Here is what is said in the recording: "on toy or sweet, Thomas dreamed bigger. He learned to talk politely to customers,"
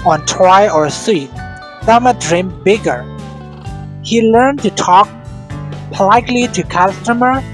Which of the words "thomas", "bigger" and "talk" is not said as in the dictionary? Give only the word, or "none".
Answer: thomas